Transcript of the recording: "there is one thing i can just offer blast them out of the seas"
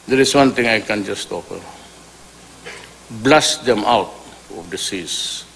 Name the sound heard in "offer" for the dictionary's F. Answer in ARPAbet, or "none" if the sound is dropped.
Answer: P